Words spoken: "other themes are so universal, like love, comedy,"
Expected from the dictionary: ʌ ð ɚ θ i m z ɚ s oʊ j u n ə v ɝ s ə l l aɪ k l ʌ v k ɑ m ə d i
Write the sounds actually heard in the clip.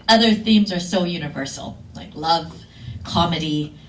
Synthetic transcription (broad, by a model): ʌ ð ɚ θ i m z ɚ s oʊ j u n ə v ɝ s l l aɪ k l ʌ v k ɑ m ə d i